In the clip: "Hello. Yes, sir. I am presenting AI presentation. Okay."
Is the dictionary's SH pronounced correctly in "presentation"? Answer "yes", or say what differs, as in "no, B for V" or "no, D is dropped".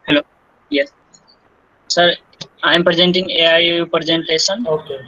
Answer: no, S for SH